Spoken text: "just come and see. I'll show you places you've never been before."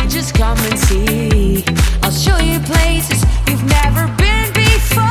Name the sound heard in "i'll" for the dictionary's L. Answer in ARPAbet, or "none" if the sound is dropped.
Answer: L